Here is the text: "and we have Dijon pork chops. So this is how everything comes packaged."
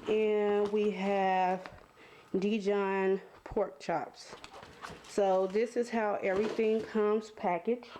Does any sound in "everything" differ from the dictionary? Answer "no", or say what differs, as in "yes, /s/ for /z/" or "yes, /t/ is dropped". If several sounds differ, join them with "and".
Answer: no